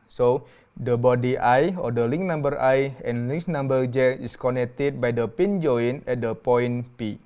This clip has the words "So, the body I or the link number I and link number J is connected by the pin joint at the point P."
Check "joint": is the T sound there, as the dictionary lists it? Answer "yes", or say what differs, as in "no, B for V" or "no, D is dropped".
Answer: no, T is dropped